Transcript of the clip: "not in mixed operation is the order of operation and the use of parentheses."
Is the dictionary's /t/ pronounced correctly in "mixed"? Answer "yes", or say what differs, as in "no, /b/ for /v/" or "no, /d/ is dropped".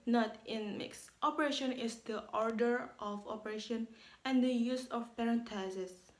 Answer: yes